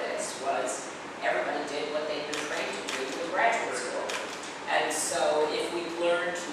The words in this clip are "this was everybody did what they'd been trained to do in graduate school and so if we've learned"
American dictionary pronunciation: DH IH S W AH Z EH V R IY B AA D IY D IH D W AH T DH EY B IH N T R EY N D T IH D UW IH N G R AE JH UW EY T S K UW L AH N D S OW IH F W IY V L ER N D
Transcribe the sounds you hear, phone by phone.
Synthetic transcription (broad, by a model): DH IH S W AH Z EH V R IY B AA D IY D IH D W AH T DH EY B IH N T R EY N T IH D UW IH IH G R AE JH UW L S UW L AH N S OW IH F W IY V L ER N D